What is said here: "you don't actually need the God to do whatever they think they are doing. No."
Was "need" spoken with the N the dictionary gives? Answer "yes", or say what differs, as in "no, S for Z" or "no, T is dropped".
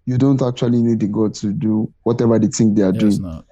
yes